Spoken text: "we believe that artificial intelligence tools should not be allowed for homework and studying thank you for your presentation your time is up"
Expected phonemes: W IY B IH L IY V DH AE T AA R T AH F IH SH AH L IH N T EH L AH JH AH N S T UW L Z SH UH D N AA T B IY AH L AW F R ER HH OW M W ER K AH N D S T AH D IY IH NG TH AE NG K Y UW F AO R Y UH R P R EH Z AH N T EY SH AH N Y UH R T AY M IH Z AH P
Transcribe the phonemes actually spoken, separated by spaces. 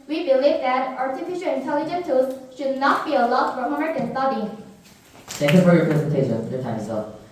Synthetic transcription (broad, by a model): W IY B IH L IY V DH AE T AA R T AH F IH SH AH L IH N T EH L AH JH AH N T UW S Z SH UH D N AA T B IY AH L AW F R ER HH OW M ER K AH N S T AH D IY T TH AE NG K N F AO R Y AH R P R EH Z AH N T EY SH AH N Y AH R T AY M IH S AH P